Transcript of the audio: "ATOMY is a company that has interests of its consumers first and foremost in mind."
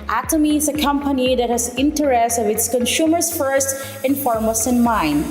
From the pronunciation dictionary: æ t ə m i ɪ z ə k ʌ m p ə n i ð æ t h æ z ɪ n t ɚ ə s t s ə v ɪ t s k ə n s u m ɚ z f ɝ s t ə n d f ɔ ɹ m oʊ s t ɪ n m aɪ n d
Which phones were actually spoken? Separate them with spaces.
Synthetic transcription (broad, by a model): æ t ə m i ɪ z ə k ʌ m p ə n i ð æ t h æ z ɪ n t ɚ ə s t ə v ɪ t s k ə n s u m ɚ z f ɝ s t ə n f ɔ ɹ m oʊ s ɪ n m aɪ n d